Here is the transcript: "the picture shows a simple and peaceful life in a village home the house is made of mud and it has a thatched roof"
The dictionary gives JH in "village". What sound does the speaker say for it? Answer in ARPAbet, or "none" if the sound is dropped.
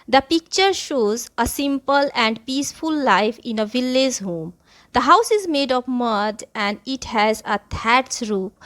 Z